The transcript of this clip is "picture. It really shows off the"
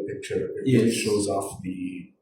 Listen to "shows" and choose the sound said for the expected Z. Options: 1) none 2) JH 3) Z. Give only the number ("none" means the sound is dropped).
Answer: 3